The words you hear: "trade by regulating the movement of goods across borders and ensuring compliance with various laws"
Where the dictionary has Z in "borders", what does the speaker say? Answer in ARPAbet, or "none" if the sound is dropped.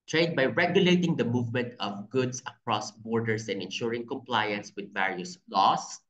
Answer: S